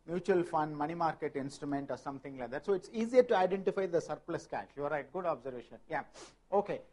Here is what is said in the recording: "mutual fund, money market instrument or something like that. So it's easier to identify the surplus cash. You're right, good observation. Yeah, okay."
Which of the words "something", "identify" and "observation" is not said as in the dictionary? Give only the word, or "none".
something